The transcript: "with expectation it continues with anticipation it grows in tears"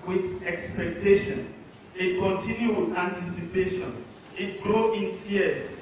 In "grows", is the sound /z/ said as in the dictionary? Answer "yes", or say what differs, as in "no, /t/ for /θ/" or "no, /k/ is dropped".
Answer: no, /z/ is dropped